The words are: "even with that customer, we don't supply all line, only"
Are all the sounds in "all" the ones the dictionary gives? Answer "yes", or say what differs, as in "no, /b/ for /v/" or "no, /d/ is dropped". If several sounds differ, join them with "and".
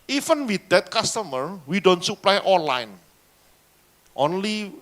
no, /n/ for /l/